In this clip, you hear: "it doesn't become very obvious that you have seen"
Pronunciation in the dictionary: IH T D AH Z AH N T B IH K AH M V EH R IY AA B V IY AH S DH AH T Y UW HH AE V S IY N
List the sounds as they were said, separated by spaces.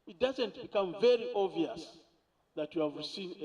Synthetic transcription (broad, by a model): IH T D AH Z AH N T B IH K AH M V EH R IY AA V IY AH S DH AH T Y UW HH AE V S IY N